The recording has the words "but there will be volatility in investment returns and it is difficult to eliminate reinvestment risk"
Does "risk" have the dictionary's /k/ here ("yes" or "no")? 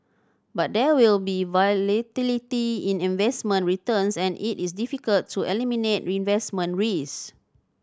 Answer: no